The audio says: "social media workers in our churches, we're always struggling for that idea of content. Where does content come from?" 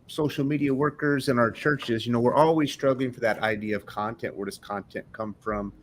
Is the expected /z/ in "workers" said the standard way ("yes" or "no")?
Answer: yes